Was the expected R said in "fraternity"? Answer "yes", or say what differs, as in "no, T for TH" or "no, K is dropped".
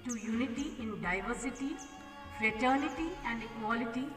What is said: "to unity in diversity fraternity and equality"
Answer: yes